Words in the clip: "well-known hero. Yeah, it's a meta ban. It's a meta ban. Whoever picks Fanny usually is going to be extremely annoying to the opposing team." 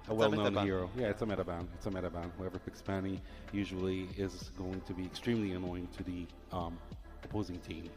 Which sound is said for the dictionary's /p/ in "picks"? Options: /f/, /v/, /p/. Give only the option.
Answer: /f/